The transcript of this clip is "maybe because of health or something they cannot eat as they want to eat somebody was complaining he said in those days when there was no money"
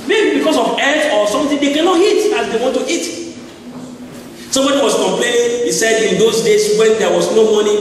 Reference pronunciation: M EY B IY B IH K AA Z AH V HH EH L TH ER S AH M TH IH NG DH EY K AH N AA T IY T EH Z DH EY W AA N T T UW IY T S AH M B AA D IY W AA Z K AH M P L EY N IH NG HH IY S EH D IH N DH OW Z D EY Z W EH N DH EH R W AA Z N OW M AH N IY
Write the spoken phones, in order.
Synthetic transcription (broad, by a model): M EY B IY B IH K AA S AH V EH TH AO S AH M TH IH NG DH EY K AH N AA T IY T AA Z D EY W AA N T T UW IY T S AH M B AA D IY W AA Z K AH M P L EY N IH NG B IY S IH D IH N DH OW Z D EY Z W EH N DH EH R W AA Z N OW M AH N IY